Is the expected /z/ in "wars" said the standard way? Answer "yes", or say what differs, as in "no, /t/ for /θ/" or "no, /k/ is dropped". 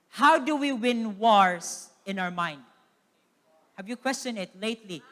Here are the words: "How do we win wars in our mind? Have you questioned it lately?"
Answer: no, /s/ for /z/